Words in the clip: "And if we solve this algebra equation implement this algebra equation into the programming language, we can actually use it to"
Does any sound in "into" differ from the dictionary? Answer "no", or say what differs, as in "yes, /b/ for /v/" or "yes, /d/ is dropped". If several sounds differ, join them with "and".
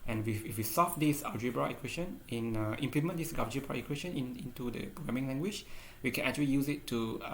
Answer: no